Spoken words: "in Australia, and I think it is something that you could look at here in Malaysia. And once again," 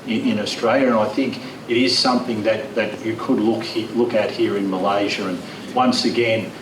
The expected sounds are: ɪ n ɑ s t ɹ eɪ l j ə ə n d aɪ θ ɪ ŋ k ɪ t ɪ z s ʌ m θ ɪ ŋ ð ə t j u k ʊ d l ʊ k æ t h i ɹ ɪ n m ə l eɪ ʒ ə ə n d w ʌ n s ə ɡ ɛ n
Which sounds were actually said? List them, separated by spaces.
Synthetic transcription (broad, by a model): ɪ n ɑ s t ɹ eɪ l j ə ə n aɪ θ ɪ ŋ k ɪ t ɪ z s ʌ m θ ɪ ŋ ð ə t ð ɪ k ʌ d l ʊ k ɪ t h i ɹ ɪ n m ə l eɪ ʒ ə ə n w ʌ n s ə ɡ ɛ n